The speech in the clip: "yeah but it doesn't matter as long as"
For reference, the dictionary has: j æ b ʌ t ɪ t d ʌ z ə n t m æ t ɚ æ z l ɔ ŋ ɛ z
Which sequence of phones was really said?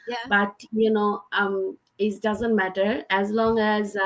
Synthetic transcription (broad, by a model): j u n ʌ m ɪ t d ʌ z ə n t m æ t ɚ æ z l ɔ ŋ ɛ z